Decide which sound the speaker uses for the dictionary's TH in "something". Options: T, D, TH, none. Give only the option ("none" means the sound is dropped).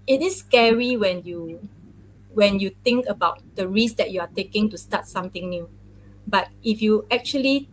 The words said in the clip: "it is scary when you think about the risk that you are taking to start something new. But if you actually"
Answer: T